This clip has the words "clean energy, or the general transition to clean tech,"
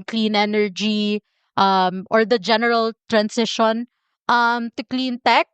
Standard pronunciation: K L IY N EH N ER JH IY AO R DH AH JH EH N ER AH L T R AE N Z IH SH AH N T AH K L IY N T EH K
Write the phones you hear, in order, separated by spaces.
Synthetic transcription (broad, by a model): K L IY N EH N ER JH IY AO R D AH JH EH N ER AH L T R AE N S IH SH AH N T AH K L IY N T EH K